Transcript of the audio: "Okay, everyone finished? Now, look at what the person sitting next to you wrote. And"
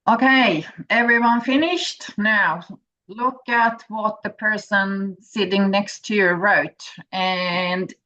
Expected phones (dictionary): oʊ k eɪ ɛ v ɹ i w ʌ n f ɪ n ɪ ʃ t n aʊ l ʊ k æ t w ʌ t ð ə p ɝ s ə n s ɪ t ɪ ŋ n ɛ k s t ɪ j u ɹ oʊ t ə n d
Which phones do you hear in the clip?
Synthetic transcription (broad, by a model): oʊ k eɪ ɛ v ɹ i w ʌ n f ɪ n ɪ ʃ t n aʊ l ʊ k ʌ t w ʌ t ð ə p ɝ s ə n s ɪ t ɪ ŋ n ɛ k s t ɪ j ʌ ɹ oʊ t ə n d